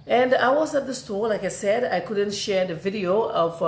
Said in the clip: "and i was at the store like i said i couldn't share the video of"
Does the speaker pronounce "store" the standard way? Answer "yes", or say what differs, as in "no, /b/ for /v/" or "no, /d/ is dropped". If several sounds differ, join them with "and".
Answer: no, /l/ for /ɹ/